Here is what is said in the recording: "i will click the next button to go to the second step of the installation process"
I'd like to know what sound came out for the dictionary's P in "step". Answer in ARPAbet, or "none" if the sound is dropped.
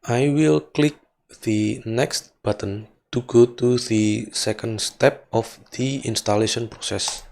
P